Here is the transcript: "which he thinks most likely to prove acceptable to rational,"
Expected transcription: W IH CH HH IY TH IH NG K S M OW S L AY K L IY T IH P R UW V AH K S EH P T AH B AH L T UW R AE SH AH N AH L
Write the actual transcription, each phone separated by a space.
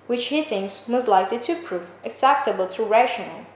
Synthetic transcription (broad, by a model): W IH CH HH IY T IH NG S M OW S L AY K L IY T IH P R UW V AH K S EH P T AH B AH L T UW R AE SH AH N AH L